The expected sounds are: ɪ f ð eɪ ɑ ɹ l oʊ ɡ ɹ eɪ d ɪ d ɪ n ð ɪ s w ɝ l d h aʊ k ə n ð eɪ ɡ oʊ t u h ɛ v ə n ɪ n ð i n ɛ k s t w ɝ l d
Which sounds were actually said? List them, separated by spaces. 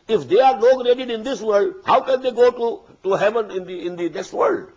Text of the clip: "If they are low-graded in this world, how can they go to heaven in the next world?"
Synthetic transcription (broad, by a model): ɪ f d eɪ ɑ ɹ n oʊ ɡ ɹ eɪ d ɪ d ɪ n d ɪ s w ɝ l d h aʊ k ə n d eɪ ɡ oʊ t u h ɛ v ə n ɪ n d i n ɛ k s t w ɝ l d